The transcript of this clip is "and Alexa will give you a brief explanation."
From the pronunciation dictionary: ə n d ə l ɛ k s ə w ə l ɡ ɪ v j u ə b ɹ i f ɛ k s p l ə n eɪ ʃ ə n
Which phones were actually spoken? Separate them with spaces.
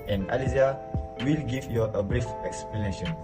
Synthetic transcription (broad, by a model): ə n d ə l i s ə w ə l ɡ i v j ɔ ə b ɹ i f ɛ k s p l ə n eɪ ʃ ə n